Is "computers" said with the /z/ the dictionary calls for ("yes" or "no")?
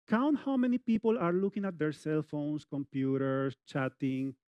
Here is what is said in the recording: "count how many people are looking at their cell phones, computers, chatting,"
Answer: no